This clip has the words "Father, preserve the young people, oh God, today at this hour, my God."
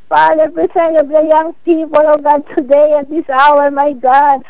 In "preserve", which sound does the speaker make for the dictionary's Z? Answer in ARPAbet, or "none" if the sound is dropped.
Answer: S